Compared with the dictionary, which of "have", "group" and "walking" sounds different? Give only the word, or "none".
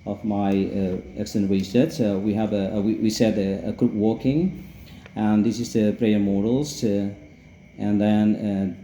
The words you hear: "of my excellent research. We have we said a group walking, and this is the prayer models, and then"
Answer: have